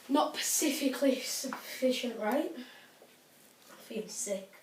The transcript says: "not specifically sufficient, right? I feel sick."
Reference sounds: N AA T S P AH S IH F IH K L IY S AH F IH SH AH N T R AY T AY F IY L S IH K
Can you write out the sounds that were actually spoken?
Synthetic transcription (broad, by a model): N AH T P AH S IH F IH K L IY S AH F IH SH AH N T R AY T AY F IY N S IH